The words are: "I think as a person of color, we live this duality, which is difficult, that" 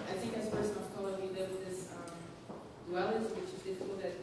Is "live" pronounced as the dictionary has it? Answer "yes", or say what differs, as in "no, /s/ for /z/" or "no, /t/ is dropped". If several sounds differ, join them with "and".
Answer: no, /w/ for /v/